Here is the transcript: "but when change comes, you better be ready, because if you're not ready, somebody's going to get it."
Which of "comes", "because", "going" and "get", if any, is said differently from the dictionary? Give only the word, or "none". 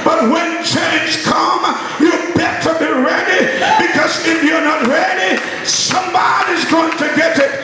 comes